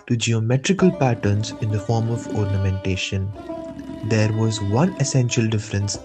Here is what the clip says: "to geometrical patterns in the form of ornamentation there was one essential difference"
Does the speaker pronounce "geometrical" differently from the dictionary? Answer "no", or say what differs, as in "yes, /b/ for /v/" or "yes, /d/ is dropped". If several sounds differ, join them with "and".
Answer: no